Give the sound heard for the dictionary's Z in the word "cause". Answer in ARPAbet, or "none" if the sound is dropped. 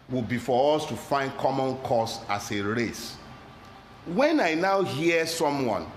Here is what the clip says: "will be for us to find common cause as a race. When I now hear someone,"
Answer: S